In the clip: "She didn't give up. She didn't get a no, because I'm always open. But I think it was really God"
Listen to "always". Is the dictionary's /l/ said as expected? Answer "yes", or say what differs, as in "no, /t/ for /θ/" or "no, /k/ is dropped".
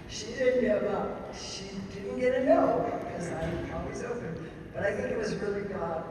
no, /l/ is dropped